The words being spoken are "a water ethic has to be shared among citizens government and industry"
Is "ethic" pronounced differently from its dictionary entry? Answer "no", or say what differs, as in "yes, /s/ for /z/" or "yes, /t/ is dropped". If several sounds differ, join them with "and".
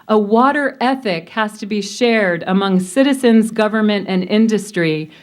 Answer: no